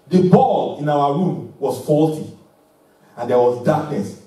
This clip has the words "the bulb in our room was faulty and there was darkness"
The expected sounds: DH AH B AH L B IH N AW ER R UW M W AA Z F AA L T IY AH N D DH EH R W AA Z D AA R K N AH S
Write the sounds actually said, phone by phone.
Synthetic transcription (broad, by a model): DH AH B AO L IH N AW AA R UW M W AA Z F AA L T IY AH N D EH W AA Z D AA K N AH S